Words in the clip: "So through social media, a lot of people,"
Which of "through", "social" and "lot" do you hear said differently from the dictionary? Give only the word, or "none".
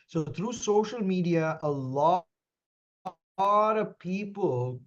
through